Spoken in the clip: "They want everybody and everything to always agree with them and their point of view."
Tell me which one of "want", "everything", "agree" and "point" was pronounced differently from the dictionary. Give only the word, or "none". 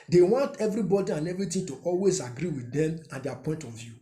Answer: everything